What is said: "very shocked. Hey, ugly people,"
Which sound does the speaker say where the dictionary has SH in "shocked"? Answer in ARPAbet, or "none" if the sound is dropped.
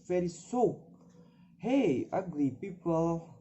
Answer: S